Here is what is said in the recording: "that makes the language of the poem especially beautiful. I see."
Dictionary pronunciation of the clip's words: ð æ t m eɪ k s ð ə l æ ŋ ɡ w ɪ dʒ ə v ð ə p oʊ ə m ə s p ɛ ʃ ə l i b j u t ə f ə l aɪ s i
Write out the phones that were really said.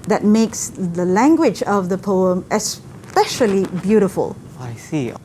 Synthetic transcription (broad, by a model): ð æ t m eɪ k s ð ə l æ ŋ ɡ w ɪ dʒ ə v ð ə p oʊ ə m ə s p ɛ ʃ ə l i b j u t ə f ə l aɪ s i